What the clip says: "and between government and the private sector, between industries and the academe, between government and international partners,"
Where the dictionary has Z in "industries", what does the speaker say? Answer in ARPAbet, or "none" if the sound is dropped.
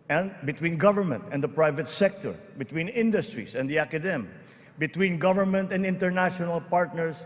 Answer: S